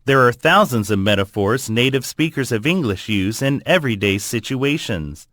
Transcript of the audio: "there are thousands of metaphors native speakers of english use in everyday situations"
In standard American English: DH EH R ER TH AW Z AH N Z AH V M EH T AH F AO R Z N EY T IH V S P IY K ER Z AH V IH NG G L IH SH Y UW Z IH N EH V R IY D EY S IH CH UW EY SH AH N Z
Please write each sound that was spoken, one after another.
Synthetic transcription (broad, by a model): DH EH R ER TH AW Z AH N Z AH V M EH T AH F AO R Z N EY T IH V S P IY K ER Z AH V IH NG G L IH SH Y UW Z IH N EH V R IY D EY S IH CH UW EY SH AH N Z